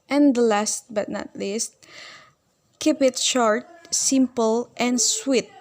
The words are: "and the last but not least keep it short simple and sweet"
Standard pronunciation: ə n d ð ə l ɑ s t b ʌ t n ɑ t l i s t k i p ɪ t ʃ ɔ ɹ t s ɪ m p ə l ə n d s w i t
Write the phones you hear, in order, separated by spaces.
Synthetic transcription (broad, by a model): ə n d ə l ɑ s t b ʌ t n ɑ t l i s t k i p ɪ t ʃ ɔ ɹ t s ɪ m p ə l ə n s w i t